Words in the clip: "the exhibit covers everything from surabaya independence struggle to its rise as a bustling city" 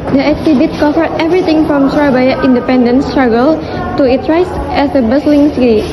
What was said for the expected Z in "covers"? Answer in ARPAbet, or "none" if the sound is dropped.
none